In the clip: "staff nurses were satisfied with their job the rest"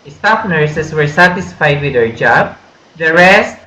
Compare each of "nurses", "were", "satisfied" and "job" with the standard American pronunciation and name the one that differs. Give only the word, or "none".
nurses